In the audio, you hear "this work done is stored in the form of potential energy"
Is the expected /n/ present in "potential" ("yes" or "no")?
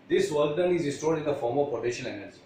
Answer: no